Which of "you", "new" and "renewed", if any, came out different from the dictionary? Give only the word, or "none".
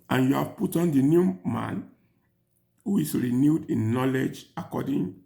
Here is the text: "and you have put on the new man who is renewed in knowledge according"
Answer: none